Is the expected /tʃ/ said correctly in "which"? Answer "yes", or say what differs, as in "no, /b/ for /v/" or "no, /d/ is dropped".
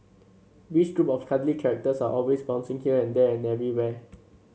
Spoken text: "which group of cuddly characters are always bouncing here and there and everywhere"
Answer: no, /s/ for /tʃ/